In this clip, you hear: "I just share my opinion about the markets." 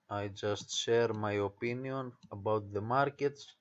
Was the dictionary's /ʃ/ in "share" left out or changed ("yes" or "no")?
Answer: no